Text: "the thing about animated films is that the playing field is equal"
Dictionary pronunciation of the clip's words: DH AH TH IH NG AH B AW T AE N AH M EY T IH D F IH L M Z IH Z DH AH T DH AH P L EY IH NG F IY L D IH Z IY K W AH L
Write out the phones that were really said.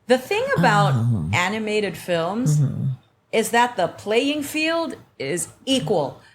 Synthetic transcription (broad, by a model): DH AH TH IH NG AH B AW T AE N AH M EY T IH D F IH L M Z IH Z DH AH T DH AH P L EY IH NG F IY L D IH Z IY K W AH L